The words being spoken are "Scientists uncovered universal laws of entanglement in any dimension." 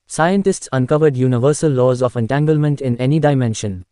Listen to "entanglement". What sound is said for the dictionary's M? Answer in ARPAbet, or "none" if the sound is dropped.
M